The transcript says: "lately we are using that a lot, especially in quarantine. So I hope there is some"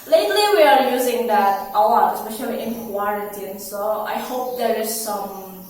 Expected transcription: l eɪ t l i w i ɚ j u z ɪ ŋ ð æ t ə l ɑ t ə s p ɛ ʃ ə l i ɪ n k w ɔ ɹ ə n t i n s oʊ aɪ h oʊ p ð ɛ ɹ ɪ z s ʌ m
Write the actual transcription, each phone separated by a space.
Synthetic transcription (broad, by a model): l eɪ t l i w i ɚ j u z ɪ ŋ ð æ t ə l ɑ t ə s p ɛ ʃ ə w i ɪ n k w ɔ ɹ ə t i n s oʊ aɪ h oʊ p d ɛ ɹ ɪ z s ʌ m